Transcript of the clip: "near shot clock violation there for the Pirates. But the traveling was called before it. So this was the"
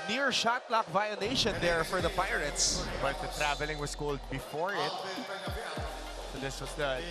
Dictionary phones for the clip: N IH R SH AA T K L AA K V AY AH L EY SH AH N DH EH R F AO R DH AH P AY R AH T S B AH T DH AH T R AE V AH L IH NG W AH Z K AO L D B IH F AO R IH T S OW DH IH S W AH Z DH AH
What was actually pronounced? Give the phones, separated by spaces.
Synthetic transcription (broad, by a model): N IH R SH AA T L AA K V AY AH N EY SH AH N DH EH R F AO R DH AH P AY R AH T S B AH T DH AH T R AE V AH L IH NG W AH S K AO L D B IH F AO R IH T S OW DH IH S W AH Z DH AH